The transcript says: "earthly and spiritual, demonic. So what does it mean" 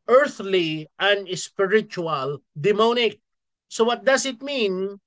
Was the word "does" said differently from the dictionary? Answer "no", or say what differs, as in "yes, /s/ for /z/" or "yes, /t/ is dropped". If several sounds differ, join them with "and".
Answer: yes, /s/ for /z/